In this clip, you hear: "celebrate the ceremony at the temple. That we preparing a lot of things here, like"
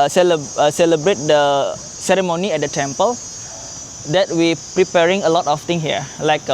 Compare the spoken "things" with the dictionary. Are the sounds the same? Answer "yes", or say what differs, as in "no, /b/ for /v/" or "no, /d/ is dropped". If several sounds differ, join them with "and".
no, /z/ is dropped